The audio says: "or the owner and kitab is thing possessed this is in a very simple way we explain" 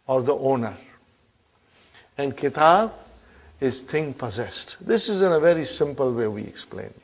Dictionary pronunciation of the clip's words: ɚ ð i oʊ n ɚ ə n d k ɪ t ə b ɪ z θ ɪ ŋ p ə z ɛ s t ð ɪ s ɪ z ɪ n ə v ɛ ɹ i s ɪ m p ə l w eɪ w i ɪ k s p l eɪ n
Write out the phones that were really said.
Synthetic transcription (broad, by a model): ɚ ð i oʊ n ɚ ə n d k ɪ t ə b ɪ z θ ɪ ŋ p ə z ɛ s t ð ɪ s ɪ z ɪ n ə v ɛ ɹ i s ɪ m p ə l w eɪ w i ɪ k s p l eɪ n